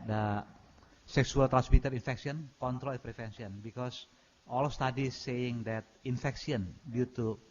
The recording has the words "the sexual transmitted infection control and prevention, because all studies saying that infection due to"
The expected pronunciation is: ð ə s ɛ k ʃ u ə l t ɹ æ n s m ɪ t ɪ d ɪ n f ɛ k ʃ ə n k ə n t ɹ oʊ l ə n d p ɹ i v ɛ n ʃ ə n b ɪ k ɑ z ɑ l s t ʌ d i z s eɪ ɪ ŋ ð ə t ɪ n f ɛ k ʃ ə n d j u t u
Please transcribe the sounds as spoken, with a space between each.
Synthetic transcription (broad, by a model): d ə s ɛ k s u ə l t ɹ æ n s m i t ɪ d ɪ n f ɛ k s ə n k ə n t ɹ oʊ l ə p ɹ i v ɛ n s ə n b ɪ k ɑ s ɑ l s t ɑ d i s eɪ ɪ ŋ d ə t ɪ n f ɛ k s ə n d j u t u